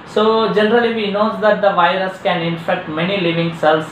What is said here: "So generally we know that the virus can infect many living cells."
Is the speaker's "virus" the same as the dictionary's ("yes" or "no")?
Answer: yes